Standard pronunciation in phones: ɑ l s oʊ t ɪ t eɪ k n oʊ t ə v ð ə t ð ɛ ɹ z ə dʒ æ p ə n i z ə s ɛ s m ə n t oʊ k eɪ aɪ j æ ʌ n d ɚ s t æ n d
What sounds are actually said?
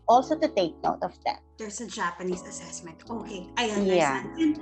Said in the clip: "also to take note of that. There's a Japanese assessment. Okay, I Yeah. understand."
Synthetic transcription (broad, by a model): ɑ l s oʊ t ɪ t eɪ k n oʊ t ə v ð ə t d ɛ ɹ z ə dʒ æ p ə n i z ə s ɛ s m ə n t oʊ k eɪ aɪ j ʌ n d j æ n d